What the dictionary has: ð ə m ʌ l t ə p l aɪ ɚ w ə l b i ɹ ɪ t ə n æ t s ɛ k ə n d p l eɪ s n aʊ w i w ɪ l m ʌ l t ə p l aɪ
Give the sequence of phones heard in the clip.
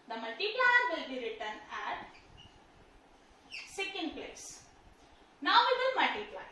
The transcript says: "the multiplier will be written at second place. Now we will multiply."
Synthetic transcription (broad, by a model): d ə m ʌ l t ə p l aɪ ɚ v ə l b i ɹ ɪ t ə n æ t s ɛ k ə n d p l eɪ s n aʊ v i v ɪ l m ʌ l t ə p l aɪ